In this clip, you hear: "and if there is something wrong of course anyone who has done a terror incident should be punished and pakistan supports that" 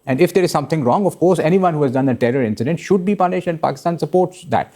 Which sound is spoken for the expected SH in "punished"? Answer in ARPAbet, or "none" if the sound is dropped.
SH